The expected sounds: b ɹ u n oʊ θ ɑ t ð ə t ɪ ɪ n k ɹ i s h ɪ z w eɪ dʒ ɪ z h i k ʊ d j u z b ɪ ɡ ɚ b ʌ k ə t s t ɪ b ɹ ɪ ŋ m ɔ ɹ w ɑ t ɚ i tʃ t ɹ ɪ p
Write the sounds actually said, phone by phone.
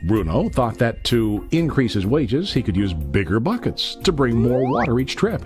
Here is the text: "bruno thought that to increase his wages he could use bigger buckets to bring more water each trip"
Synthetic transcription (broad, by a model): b ɹ u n oʊ θ ɑ t ð ə t ɪ ɪ n k ɹ i s h ɪ z w eɪ dʒ ɪ z h i k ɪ d j u z b ɪ ɡ ɚ b ʌ k ə t s t ɪ b ɹ ɪ ŋ m ɔ ɹ w ɑ t ɚ i tʃ t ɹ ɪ p